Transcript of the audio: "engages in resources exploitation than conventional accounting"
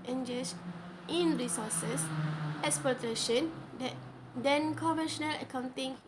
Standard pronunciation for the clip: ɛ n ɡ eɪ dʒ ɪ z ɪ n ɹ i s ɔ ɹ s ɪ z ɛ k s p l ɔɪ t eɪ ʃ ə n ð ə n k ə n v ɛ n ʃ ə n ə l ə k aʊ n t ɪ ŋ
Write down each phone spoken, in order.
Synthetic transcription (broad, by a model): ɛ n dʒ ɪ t ɪ n ɹ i s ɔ s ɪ s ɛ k s p ɔɪ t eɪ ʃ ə n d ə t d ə n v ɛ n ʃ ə n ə l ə k aʊ n t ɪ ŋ